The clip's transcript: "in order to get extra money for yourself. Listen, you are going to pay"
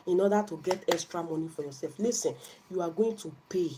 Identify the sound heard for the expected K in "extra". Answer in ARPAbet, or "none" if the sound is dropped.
K